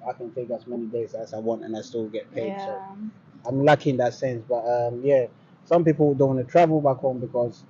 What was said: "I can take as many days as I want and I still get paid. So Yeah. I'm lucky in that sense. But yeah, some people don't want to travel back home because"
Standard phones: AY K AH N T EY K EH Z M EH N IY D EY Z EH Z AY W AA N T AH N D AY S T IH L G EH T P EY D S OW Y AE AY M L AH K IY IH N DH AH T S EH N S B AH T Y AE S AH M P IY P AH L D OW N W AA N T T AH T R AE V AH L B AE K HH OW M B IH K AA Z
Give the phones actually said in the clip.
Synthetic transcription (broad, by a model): AY K AH N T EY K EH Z M EH N IY D EY Z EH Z AY W AA N T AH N AY S T IH L G EH T P EY D S OW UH AY M L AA K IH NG DH AH T S EH N S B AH T Y AE S AH M P IY P L D OW N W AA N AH T R AE V AH L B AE K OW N B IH K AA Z